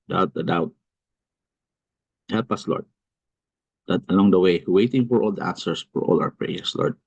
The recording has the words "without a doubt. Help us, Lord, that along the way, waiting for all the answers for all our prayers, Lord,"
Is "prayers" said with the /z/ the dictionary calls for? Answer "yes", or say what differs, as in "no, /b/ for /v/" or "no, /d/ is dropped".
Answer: no, /s/ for /z/